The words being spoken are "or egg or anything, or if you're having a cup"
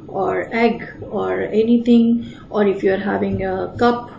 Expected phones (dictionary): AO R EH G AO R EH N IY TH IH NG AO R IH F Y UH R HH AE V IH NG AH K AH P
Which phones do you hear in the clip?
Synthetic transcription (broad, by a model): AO R EH G AO R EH N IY T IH NG AO R IH F Y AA R HH AE V IH NG AH K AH P